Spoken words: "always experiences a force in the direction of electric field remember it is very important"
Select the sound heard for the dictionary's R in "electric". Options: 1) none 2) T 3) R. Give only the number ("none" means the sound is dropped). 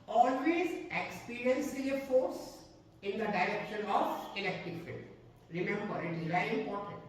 1